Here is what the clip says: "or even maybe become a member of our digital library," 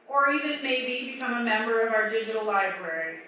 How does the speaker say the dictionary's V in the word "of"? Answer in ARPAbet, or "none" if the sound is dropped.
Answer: V